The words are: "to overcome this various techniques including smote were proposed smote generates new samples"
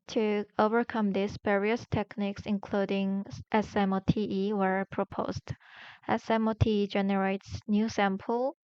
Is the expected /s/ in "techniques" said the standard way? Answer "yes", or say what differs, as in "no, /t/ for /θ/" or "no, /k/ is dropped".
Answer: yes